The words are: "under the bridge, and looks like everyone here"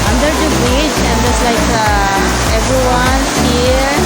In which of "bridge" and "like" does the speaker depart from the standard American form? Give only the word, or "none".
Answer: bridge